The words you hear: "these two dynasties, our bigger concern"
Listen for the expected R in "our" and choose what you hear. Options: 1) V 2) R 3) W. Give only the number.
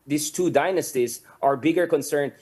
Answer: 2